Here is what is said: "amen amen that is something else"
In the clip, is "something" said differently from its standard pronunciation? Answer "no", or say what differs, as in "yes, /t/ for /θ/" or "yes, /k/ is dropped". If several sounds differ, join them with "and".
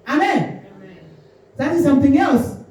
no